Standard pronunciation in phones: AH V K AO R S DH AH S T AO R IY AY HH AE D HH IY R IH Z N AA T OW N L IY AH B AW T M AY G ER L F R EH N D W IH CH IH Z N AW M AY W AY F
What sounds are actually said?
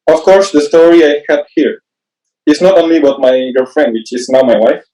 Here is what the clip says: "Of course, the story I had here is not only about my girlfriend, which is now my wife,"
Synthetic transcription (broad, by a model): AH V K AO R S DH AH S T AO R IY AY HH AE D HH IY R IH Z N AA T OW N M IY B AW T M AY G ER F R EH N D W IH CH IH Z N AW M AY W AY F